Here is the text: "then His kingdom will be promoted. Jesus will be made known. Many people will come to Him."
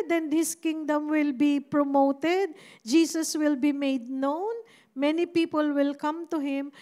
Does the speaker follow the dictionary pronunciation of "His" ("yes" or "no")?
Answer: no